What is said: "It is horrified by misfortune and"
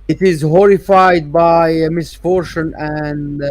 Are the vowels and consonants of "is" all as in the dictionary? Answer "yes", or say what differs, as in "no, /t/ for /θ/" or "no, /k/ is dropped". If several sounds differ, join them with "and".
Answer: yes